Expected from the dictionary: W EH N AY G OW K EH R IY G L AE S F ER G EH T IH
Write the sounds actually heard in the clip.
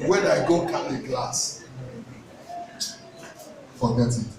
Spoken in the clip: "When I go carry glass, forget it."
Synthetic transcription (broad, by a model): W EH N AY G OW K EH L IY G L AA S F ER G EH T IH